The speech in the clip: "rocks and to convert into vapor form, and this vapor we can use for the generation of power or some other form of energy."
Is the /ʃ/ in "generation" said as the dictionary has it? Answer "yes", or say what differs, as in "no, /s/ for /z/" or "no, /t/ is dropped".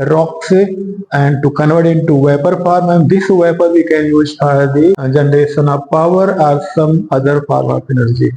no, /s/ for /ʃ/